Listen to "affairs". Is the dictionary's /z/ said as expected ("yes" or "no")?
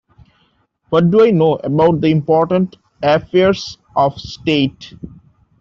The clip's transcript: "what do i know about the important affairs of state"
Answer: no